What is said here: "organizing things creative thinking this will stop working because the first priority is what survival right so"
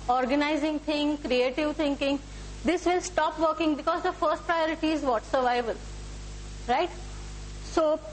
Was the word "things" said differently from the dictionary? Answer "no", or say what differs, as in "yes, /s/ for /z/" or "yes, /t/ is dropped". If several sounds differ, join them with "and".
yes, /t/ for /θ/ and /z/ is dropped